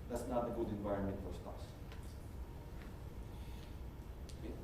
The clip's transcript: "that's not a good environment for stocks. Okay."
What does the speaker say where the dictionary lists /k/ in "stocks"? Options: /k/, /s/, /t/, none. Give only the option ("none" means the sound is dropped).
none